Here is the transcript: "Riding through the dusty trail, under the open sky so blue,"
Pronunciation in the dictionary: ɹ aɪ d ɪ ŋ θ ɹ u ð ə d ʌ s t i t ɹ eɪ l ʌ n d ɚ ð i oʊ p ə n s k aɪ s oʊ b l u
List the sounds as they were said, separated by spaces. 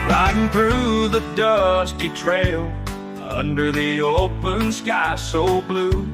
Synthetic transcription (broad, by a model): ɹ aɪ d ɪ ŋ θ ɹ u ð ə d ʌ s t i t ɹ eɪ l ʌ n d ɚ ð i oʊ p ə n s k aɪ s oʊ b l u